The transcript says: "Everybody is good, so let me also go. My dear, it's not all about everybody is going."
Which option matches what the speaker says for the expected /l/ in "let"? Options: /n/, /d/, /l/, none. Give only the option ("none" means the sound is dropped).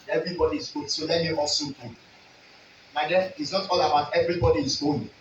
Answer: /l/